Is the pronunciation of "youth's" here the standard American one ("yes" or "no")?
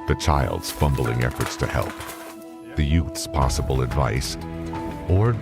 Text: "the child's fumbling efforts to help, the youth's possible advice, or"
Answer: yes